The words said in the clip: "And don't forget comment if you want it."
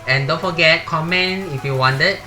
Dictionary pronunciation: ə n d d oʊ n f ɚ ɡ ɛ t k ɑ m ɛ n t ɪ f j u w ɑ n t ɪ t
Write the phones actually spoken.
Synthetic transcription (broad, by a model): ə n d d oʊ n f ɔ ɡ ɛ t k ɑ m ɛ n ɪ f j u w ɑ n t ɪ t